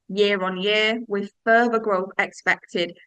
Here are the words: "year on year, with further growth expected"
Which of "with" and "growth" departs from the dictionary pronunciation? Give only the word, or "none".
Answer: none